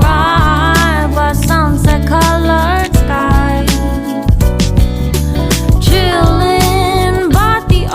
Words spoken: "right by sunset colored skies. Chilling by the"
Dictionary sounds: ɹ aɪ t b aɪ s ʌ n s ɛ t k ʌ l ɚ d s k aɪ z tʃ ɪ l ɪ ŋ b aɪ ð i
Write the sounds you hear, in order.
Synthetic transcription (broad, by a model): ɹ aɪ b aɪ s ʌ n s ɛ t k ʌ l ɚ d s k aɪ tʃ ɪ l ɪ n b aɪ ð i